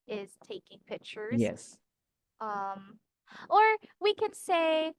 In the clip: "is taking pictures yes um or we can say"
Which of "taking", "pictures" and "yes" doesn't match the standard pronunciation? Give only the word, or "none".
pictures